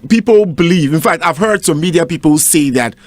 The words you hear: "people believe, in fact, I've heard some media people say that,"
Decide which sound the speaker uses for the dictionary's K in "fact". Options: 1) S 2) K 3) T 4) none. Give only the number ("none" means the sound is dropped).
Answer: 2